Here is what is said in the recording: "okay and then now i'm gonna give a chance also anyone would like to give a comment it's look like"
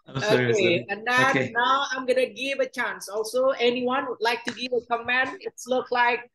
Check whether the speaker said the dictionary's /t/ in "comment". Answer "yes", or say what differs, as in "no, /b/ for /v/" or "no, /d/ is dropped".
no, /t/ is dropped